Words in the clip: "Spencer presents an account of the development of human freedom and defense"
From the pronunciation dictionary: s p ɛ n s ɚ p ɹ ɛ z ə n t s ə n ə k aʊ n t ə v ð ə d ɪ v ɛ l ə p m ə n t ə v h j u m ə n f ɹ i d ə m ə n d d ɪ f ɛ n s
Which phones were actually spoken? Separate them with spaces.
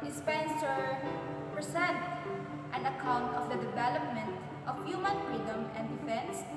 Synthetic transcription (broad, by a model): s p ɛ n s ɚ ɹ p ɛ s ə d t ə n ə k aʊ n t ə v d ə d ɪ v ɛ l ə p m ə n t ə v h j u m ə n f ɹ i d ə m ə n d d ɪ f ɛ n s